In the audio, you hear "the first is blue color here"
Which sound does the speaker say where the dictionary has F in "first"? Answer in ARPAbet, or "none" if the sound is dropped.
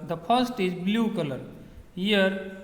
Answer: P